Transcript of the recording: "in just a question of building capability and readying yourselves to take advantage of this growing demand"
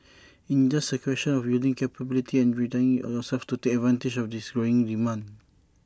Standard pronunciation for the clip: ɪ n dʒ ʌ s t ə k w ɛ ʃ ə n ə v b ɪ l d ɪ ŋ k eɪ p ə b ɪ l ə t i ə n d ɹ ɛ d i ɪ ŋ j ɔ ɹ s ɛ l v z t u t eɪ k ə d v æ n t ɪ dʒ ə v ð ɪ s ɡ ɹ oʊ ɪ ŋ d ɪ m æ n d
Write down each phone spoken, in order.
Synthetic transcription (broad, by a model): ɪ n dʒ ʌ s ə k w ɛ ʃ ə n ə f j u l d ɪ ŋ k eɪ p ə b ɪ l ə t i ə n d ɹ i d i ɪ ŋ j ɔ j s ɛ l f t u t eɪ k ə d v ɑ n t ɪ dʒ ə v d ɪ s ɡ ɹ oʊ ɪ ŋ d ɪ m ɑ n